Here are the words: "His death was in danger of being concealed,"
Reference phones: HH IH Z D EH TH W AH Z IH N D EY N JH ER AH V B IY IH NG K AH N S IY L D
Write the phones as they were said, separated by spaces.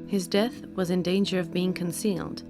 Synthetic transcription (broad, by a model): HH IH Z D EH TH W AH Z IH N D EY N JH ER AH V B IY IH NG K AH N S IY L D